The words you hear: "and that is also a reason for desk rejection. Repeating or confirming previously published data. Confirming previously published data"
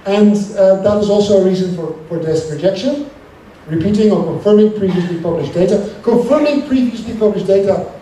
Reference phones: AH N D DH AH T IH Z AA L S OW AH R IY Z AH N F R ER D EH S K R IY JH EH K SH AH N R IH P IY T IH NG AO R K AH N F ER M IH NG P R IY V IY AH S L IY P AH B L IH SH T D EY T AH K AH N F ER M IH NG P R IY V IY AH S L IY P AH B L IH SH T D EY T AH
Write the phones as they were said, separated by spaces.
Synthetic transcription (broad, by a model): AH N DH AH T IH Z AA L S OW AH R IY Z AH N F R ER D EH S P R IY JH EH K SH AH N R IH P IY T IH NG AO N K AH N F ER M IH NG P R IY V IY AH S L IY P AH B L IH SH D EY T AH K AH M F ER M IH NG P R IY V IY AH S L IY P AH B L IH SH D EY T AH